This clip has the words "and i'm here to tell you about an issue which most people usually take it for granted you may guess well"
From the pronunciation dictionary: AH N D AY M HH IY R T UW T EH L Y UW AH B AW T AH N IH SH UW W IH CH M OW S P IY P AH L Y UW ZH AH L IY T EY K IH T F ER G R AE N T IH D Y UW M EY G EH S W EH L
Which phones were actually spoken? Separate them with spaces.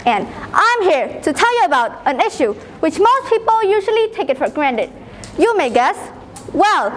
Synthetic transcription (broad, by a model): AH N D AY M HH IY R T UW T EH L Y UW AH B AW T AH N IH SH UW W IH CH M OW S P IY P AH L Y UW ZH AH L IY T EY K IH T F ER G R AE N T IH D Y UW M EY G EH S W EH L